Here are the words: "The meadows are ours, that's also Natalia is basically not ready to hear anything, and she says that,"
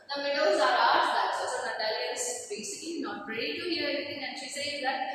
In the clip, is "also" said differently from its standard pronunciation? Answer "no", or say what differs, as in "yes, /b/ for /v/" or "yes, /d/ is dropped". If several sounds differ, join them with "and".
yes, /l/ is dropped